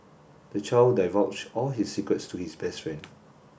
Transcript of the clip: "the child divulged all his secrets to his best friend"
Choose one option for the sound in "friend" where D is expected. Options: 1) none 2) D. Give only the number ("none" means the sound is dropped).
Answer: 1